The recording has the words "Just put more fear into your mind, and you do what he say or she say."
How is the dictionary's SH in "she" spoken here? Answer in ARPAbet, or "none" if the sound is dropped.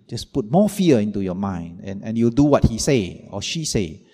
SH